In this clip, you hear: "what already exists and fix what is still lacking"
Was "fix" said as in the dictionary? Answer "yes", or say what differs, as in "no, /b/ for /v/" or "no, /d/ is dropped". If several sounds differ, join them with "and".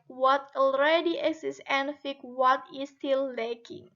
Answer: no, /s/ is dropped